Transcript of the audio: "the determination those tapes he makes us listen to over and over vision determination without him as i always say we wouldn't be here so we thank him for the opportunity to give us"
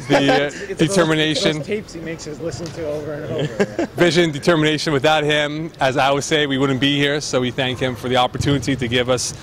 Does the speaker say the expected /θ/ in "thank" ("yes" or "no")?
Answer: yes